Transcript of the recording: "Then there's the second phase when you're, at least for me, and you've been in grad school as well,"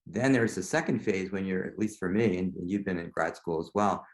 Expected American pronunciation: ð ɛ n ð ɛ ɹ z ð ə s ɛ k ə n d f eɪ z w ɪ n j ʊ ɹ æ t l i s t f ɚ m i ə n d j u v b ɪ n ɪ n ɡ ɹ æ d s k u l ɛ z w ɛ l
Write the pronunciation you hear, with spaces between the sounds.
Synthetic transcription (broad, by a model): ð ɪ n ð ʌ ɹ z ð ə s ɛ k ə n d f eɪ z w ɪ n j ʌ ɹ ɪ t l i s t f ɚ m i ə n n j u v b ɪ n ɪ n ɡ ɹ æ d s k u l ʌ z w ɛ l